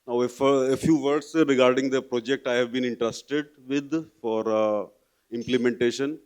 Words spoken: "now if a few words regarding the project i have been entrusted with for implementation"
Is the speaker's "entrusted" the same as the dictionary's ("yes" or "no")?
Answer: yes